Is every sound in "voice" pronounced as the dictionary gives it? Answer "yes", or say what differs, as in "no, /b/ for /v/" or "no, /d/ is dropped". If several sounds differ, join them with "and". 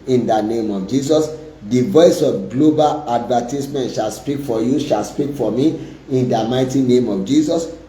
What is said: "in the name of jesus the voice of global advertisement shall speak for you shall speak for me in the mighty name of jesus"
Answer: yes